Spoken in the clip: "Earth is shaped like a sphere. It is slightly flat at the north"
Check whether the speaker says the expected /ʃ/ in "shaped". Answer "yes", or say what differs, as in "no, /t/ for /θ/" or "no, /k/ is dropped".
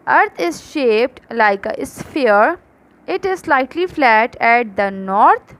yes